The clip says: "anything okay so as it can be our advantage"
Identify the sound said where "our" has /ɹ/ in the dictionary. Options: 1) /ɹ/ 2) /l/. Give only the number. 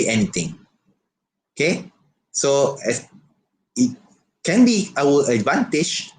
2